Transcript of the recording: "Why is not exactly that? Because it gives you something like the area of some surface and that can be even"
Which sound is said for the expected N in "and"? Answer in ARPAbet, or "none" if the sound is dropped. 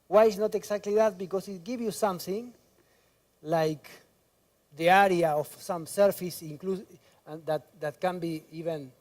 L